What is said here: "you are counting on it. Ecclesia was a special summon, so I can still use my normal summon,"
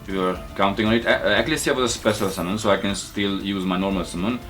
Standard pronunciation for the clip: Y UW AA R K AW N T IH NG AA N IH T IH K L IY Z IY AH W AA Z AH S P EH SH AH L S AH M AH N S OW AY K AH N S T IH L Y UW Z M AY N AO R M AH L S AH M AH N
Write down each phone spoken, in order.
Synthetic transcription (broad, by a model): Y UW AA R K AW N T IH NG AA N IH T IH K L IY S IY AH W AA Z AH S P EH S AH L S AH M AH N S OW AY K AH N S T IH L Y UW Z M AY N AO R M AH L S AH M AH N